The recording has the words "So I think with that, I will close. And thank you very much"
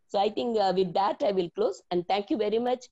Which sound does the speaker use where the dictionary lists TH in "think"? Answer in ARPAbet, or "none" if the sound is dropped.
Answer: T